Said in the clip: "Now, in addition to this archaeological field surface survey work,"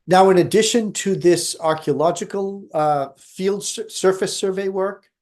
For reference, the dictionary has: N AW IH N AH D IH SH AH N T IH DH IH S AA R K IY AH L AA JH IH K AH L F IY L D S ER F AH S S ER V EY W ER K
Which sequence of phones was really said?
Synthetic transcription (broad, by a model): N AW IH N AH D IH SH AH N T IH DH IH S AA R K IY AH L AA JH IH K AH L F IY L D S ER F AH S S ER V EY W ER K